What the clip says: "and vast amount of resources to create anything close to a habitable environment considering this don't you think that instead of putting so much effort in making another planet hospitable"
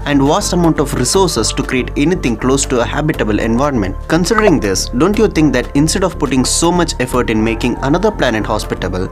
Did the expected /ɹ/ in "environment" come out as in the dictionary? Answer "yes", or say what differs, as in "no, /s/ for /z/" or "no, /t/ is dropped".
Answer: yes